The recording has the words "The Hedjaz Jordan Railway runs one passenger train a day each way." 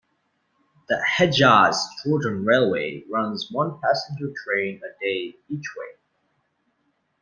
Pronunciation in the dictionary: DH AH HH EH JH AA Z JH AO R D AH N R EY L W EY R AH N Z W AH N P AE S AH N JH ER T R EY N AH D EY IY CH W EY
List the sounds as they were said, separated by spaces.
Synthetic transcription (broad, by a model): DH AH HH EH JH AA Z CH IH L D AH N R EY L W EY R AH N Z W AH N P AE S AH N JH ER T R EY N AH D EY IY CH W EY